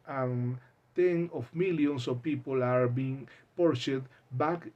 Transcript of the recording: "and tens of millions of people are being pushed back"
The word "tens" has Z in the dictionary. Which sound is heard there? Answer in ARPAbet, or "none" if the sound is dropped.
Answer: none